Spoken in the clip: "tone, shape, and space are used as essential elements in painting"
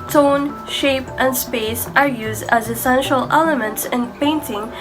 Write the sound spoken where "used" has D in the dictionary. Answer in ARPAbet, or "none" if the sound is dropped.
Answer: D